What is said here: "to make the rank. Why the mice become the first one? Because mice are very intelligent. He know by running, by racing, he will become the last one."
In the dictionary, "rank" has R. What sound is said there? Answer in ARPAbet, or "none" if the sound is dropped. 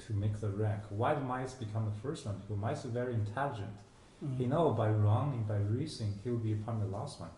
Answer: R